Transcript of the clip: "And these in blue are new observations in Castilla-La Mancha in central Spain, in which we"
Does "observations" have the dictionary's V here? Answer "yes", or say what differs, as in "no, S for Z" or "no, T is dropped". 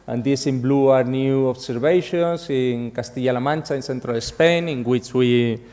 no, B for V